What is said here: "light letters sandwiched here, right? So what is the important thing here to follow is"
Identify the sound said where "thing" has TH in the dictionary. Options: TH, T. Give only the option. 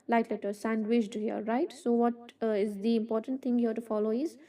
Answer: T